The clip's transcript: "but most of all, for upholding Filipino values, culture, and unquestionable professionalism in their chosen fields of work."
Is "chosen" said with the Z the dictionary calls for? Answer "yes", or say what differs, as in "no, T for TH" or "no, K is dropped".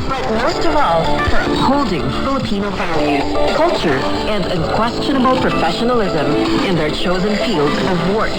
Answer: yes